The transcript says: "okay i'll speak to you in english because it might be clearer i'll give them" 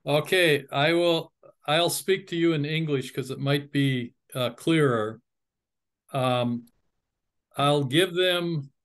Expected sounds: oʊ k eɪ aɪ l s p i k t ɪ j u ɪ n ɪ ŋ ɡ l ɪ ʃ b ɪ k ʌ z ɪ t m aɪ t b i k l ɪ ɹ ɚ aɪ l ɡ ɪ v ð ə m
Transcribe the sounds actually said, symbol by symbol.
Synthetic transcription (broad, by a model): oʊ k eɪ aɪ l s p i k t ɪ j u ɪ n ɪ ŋ ɡ l ɪ ʃ k ʌ z ɪ t m aɪ t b i k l ɪ ɹ ɚ aɪ l ɡ ɪ v ð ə m